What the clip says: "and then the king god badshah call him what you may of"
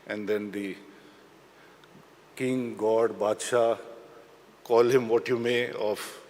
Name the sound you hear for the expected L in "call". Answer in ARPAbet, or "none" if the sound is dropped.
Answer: L